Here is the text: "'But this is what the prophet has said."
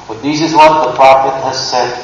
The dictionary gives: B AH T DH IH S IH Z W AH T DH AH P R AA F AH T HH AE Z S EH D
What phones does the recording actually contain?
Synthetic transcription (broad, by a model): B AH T DH IH S IH Z W AH T DH AH P R AA F AH T HH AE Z S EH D